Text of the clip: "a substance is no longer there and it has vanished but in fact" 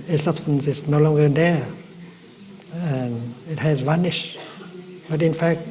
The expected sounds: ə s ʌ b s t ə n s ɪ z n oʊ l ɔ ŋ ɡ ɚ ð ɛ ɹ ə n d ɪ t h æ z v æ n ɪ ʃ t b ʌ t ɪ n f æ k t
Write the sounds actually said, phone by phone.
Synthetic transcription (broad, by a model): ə s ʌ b s t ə n s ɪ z n oʊ l ɔ ŋ ɡ ɚ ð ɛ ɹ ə n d ɪ t h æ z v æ n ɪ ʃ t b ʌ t ɪ n f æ k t